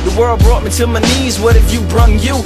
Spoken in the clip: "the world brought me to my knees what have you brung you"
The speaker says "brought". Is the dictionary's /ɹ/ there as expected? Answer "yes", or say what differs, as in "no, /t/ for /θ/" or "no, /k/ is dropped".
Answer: yes